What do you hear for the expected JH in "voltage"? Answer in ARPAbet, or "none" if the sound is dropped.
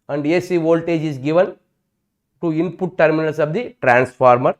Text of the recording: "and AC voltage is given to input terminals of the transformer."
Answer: JH